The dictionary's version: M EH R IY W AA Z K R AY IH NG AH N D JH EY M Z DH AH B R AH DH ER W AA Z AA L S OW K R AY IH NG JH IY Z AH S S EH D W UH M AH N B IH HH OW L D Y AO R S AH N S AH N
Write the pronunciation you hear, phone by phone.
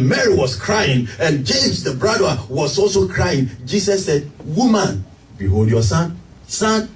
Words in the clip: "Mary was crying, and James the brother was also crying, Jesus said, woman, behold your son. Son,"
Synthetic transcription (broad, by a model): M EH R IY W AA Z K R AY IH NG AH N JH EY M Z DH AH B R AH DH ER W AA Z AA L S OW K R AY IH NG JH IY S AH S S EH D W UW M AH N B IH HH OW L D Y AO S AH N S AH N